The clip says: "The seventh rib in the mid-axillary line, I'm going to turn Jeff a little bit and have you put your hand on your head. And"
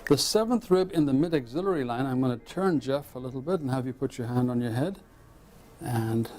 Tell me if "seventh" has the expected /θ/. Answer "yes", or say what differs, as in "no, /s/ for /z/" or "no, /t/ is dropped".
yes